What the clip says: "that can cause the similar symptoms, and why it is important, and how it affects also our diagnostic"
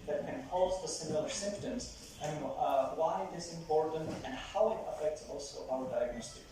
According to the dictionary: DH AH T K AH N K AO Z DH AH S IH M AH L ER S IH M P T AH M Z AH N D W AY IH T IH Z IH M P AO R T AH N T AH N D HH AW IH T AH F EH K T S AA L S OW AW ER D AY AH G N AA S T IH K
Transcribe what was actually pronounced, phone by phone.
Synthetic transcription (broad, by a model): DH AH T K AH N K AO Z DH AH S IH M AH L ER S IH M P T AH M Z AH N W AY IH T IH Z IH M P AO R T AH N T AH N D HH AW IH T AH F EH K T S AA L S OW AW ER D AY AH G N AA S T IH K